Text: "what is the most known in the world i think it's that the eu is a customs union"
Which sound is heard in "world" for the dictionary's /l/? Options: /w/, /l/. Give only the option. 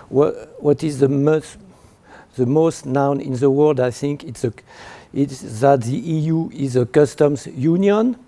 /l/